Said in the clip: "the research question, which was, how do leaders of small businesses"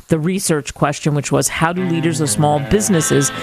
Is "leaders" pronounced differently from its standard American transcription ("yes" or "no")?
no